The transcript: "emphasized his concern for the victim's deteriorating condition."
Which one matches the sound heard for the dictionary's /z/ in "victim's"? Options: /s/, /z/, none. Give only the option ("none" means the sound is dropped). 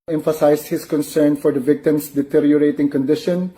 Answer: /s/